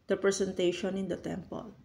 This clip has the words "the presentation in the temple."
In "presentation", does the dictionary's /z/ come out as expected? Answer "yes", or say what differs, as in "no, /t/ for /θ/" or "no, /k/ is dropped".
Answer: no, /s/ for /z/